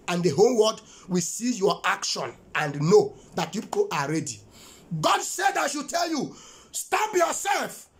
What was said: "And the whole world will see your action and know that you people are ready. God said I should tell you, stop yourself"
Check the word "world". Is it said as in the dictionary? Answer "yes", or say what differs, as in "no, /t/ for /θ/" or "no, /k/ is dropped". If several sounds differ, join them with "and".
no, /l/ is dropped